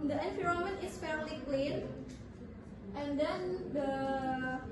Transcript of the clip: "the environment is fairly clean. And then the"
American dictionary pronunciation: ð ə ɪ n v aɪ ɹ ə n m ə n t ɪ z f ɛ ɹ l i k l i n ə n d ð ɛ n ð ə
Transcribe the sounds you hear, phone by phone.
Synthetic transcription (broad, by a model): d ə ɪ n f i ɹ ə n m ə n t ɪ s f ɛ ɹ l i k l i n ə n d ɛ n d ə